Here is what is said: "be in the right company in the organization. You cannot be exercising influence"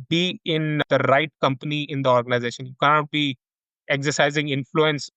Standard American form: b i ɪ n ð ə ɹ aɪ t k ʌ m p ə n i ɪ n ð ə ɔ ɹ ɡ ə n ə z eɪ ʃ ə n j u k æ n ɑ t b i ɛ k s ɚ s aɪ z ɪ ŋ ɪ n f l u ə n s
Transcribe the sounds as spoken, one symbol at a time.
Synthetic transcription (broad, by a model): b i ɪ n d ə ɹ aɪ t k ʌ m p ə n i ɪ n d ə ɔ ɹ ɡ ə n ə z eɪ ʃ ə n j u k æ n ɑ t b i ɛ k s ɚ s aɪ z ɪ ŋ ɪ n f l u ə n s